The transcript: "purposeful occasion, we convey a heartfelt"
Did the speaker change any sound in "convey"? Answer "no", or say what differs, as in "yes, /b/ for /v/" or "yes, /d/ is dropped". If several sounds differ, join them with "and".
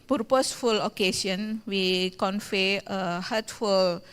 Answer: yes, /f/ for /v/